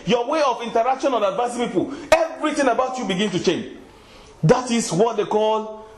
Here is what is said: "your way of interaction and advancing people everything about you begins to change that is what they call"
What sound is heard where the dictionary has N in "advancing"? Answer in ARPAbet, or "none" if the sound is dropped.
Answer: none